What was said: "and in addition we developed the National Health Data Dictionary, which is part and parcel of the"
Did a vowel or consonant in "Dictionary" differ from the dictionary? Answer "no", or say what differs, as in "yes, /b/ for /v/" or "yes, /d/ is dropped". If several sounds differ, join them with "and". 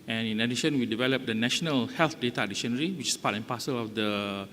yes, /k/ is dropped